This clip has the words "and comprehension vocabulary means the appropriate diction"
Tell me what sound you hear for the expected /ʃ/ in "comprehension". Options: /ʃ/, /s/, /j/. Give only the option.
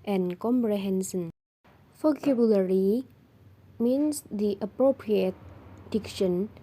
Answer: /s/